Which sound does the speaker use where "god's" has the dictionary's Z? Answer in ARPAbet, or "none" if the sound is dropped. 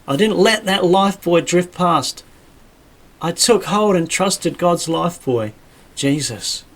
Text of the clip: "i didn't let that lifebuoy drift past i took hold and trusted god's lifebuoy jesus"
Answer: Z